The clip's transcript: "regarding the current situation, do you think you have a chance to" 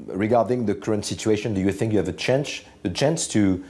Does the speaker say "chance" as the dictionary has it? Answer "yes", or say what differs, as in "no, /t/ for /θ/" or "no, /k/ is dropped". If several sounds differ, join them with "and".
yes